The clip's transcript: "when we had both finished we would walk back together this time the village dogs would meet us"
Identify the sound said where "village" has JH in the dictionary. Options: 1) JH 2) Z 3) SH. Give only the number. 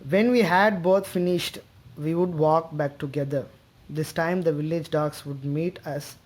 1